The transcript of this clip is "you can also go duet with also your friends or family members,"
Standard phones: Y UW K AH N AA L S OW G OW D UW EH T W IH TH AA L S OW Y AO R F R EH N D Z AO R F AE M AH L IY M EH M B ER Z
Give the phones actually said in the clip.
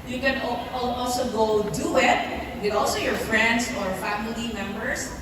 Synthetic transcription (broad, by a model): Y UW K AH N AA L S OW G OW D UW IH T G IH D AA L S OW Y AO R F R EH N D S AO R F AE M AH L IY M EH M B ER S